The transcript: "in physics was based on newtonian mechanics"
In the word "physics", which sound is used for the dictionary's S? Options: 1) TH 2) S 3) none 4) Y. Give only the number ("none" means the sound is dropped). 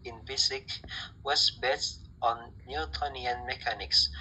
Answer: 3